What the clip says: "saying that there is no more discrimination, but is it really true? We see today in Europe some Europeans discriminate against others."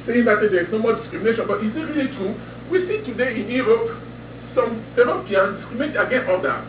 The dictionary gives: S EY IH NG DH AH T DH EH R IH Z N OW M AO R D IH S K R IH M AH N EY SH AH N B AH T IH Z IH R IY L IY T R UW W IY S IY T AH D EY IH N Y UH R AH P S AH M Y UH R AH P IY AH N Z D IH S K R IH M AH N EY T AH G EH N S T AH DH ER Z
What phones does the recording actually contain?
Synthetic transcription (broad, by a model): S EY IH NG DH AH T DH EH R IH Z N OW M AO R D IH S K R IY M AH N EY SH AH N B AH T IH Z IH R IY L IY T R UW W IY S IY T AH D EY IH N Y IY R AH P S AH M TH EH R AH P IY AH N D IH S K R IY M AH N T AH G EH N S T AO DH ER